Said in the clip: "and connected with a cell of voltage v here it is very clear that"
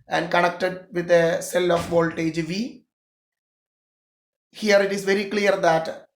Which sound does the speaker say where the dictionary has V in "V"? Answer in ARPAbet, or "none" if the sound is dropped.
V